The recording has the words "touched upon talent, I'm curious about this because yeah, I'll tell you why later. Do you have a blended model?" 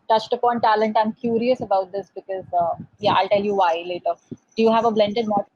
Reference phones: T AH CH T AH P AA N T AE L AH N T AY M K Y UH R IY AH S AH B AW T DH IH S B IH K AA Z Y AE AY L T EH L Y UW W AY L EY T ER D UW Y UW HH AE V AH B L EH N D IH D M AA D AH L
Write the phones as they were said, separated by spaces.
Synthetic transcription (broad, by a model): T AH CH T AH P AA N T AE L AH N T AY M K Y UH R IY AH S AH B AW T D IH S B IH K AA Z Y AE AY L T EH L Y UW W AY L EY T ER D UW Y UW HH AE V AH B L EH N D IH D M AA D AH